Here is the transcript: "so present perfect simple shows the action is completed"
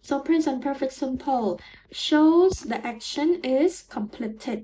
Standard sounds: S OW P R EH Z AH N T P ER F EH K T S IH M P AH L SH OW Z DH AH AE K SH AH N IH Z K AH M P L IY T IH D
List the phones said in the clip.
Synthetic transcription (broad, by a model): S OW P R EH S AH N P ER F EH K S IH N P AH L SH OW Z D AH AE K SH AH N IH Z K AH M P L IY T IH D